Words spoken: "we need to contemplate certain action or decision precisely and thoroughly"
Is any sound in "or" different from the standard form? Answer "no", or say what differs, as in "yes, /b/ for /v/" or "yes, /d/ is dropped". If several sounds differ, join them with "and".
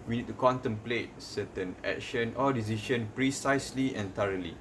yes, /l/ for /ɹ/